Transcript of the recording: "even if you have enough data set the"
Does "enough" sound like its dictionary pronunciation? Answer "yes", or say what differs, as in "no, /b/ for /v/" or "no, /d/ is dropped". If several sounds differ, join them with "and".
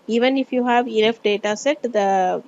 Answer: no, /l/ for /n/